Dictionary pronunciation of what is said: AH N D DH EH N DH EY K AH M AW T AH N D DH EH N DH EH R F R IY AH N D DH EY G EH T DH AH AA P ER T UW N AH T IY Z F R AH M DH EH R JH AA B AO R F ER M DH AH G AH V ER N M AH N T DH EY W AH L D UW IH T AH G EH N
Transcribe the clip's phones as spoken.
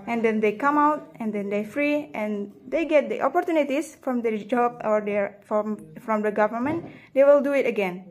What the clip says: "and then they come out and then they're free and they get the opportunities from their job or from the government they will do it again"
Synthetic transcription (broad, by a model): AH N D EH N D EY K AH M AW T AH N D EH N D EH F R IY AH N D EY G EH T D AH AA P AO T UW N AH T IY S F R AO M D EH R JH AA B AO R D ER M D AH G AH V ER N M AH N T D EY W AH L D UW IH T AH G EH N